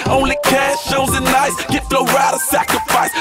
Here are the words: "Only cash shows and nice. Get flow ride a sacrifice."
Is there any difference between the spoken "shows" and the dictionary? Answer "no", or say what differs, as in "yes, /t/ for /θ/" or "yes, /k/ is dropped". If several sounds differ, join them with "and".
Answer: yes, /z/ is dropped